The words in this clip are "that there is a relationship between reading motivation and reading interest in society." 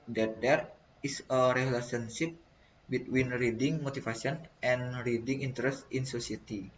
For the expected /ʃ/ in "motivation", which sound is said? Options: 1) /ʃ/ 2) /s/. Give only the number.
2